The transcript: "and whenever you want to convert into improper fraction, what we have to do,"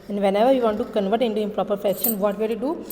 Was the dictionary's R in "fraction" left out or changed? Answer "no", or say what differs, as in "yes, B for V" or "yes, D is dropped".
yes, R is dropped